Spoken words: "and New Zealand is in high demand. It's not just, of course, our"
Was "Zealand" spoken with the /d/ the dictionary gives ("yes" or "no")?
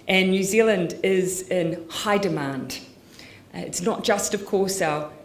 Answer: yes